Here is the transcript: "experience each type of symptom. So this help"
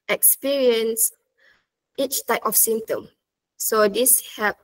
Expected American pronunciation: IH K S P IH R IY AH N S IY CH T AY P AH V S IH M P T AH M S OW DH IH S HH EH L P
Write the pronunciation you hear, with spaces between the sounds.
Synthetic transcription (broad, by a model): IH K S P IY R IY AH N S IY CH T AY P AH F S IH M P T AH M S OW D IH S HH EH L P